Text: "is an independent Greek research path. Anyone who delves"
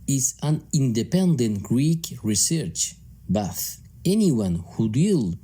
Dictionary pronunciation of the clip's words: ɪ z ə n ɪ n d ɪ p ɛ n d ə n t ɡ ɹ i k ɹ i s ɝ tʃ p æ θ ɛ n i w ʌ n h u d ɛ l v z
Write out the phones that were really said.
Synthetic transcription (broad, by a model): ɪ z ə n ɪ n d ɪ p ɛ n d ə n t ɡ ɹ i k ɹ i s ɝ tʃ b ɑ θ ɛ n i w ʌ n h u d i l